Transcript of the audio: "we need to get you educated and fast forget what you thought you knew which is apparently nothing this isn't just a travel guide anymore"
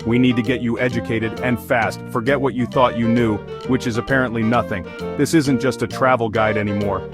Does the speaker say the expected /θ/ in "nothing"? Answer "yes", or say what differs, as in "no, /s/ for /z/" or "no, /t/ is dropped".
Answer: yes